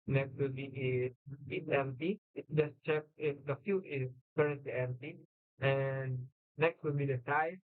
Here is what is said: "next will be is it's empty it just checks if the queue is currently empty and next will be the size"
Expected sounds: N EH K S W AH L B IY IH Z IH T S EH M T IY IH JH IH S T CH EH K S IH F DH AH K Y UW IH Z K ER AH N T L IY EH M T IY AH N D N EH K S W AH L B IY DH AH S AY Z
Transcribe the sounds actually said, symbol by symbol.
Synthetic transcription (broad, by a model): N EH K S W AH L B IY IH S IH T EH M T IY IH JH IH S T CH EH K IH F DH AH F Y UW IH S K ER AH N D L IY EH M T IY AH N N EH K S W AH L B IY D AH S AY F